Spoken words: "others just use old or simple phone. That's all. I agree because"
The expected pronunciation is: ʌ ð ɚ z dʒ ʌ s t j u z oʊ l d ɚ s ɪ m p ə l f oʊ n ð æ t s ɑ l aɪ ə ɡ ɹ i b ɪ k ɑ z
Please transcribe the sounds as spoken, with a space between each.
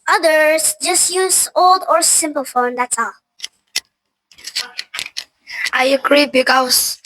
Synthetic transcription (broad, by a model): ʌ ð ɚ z dʒ ʌ s t j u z oʊ l d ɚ s ɪ m p ə l f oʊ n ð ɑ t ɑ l aɪ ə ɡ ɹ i b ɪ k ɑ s